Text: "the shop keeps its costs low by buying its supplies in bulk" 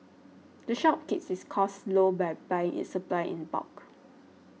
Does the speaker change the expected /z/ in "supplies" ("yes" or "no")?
yes